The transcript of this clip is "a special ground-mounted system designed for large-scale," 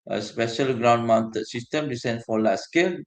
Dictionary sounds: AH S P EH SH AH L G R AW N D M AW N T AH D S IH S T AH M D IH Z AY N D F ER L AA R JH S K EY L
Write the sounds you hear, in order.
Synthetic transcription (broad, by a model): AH S P EH SH AH L G R AW N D M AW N T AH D S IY S T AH M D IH S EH N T F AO L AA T S K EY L